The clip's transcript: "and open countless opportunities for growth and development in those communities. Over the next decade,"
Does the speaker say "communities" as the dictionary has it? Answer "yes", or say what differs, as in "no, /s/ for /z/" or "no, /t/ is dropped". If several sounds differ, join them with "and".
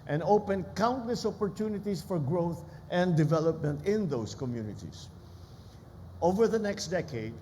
no, /s/ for /z/